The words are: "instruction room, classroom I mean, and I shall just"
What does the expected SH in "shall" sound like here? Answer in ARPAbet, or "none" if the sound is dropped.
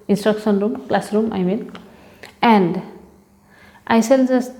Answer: S